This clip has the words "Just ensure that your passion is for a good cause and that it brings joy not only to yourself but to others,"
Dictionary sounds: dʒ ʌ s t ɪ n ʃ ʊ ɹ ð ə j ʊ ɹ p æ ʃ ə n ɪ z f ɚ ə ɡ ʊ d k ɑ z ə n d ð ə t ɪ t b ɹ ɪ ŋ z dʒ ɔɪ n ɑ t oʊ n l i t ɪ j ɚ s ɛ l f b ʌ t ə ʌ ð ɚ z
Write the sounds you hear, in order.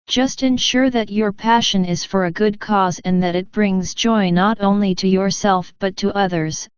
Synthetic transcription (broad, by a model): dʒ ʌ s t ɪ n ʃ ʊ ɹ ð ə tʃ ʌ ɹ p æ ʃ ə n ɪ z f ɚ ə ɡ ʊ d k ɑ z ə n ð ə t ɪ t b ɹ ɪ ŋ z dʒ ɔɪ n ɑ t oʊ n l i t ɪ j ɚ s ɛ l f b ʌ t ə ʌ ð ɚ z